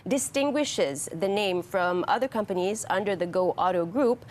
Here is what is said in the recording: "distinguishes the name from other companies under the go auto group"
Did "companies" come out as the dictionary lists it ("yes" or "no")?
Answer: yes